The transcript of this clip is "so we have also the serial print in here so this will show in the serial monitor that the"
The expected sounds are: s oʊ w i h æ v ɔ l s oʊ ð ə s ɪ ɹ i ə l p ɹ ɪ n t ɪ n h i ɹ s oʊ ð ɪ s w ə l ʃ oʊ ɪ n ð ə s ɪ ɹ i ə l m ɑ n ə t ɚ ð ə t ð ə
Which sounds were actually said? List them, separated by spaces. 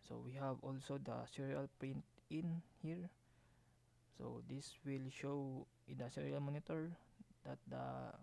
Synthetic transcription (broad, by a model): s oʊ w i h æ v ɔ l s oʊ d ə s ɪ ɹ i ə l p ɹ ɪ n t ɪ n h i ɹ s oʊ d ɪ s w ə l ʃ oʊ ɪ n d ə s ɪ ɹ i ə l m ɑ n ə t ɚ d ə t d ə